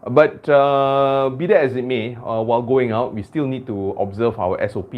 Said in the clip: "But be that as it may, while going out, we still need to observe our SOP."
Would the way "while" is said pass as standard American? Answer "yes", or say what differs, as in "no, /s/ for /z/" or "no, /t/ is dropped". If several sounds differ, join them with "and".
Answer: yes